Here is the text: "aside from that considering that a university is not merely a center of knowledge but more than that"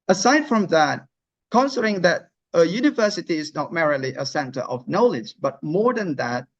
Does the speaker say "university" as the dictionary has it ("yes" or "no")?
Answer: yes